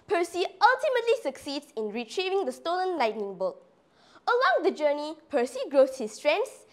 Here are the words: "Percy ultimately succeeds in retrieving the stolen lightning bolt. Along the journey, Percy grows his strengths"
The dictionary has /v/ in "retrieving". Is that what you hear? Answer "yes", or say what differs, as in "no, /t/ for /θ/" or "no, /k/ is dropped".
yes